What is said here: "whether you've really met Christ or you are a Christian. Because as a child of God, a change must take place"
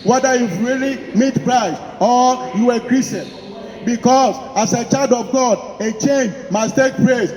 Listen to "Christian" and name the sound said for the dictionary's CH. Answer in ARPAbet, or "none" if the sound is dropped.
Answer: none